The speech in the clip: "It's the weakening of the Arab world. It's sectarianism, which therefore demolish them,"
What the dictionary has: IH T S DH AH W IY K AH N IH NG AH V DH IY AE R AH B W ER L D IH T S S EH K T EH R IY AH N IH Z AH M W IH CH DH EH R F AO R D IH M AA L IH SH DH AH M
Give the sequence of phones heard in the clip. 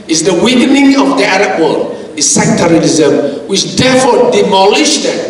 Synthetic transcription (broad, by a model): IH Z DH AH W IY K AH N IH NG AH V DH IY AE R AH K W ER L IH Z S S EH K T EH R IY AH L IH Z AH M W IH CH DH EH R F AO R D IH M AA L IH SH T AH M